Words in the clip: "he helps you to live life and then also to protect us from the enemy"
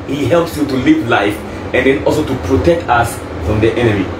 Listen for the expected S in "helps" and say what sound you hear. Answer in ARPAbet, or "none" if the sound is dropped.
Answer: S